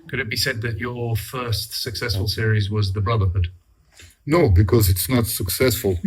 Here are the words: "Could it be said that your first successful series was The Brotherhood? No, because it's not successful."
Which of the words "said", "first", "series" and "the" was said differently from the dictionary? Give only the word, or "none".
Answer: none